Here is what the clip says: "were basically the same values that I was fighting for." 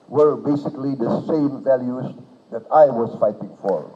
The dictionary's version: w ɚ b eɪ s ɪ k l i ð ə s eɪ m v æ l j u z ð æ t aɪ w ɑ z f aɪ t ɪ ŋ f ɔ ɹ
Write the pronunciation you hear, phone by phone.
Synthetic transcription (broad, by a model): w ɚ b eɪ s ɪ k l i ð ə s eɪ m v æ l j u z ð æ t aɪ w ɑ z f aɪ t ɪ ŋ f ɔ ɹ